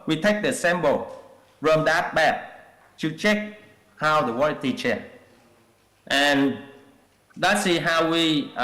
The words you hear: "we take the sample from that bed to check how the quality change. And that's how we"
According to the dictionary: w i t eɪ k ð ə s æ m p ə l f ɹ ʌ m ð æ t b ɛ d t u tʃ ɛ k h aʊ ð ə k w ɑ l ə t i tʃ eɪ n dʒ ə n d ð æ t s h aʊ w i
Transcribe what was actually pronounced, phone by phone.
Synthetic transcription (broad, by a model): w i t eɪ k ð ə s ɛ m b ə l f ɹ ʌ m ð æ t b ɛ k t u tʃ ɛ k h aʊ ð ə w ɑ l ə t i tʃ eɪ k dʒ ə n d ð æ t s h aʊ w i